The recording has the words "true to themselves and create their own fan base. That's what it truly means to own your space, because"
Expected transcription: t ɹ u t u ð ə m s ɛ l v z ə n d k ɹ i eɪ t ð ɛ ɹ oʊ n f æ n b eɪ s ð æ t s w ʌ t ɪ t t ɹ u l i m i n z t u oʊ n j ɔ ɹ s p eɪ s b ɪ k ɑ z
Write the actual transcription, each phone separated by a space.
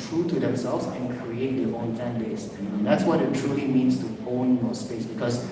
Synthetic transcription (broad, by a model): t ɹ u t u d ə m s ɛ l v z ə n k ɹ i eɪ t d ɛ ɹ oʊ n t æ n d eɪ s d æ t s w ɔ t ɪ t t ɹ u l i m i n s t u oʊ n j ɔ s p eɪ s b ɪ k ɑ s